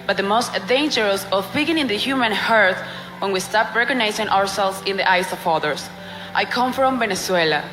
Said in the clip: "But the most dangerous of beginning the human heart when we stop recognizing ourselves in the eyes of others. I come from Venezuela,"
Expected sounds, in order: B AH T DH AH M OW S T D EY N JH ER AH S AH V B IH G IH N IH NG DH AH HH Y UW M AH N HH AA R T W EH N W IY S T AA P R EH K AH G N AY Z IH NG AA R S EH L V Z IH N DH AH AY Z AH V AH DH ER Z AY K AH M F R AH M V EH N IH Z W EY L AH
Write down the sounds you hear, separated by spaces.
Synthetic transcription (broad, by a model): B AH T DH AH M OW S T D EY N JH ER AH S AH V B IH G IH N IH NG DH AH HH Y UW M AH N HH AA R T W EH N W IY S T AA P R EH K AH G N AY S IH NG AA R S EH L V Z IH N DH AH AY S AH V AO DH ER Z AY K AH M F R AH M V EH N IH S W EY L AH